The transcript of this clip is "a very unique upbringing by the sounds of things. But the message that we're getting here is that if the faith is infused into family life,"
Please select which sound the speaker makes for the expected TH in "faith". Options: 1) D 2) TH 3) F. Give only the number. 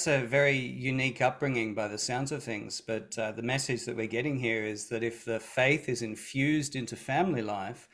2